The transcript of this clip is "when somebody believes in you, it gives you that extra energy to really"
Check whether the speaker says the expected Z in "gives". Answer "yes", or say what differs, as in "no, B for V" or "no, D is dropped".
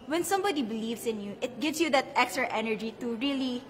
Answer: no, S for Z